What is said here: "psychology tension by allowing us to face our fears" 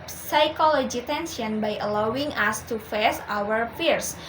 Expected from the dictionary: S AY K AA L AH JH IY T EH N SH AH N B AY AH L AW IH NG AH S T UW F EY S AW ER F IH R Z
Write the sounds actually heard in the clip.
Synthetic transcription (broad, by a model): S AY K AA L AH JH IY T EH N S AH N B AY AH L AW IH NG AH S T UW F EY S AW ER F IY R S